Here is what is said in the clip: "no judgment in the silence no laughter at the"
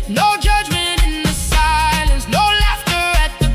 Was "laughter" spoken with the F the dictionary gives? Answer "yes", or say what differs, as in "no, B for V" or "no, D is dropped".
yes